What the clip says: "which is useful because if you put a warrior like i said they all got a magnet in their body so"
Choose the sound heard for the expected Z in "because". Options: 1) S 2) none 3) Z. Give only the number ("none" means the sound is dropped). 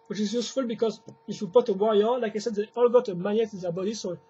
3